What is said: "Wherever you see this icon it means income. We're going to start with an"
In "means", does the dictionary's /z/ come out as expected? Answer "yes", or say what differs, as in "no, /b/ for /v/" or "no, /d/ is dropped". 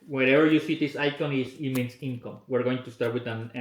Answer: no, /s/ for /z/